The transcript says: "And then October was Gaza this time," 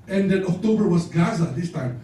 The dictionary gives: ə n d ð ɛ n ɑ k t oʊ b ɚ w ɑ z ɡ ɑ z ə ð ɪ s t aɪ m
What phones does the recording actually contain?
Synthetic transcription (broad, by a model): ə n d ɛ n ɑ k t oʊ b ɚ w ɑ s ɡ ɑ z ə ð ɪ s t aɪ m